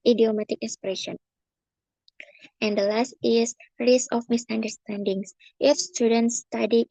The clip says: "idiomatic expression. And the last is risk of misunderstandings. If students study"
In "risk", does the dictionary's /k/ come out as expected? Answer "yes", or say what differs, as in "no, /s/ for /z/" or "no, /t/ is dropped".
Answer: no, /k/ is dropped